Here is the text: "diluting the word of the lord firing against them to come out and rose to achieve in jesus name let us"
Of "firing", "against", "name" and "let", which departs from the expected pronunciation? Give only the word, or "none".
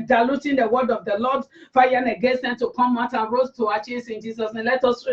firing